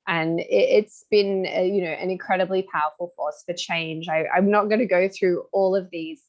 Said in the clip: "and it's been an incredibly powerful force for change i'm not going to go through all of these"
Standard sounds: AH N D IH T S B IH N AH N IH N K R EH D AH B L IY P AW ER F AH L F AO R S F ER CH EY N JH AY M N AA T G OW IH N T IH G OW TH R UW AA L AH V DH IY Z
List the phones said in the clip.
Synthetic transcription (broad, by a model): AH N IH IH T S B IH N AH N IH N K R EH D AH B L IY P AW ER F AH L F AO R S F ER CH EY N JH AY M N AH T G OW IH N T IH G OW TH R UW AA L AH V DH IY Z